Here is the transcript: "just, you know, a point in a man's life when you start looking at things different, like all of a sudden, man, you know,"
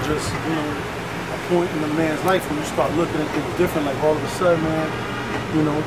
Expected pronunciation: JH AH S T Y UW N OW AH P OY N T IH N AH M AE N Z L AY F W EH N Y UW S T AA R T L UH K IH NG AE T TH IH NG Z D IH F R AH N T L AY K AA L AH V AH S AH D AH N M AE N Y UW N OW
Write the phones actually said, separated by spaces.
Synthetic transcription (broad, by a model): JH AH S T Y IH N OW AH P OY N T IH N AH M AE N Z L AY F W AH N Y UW S T AA R T L UH K IH NG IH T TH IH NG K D IH F R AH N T L AY K AA L AH V AH S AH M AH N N Y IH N OW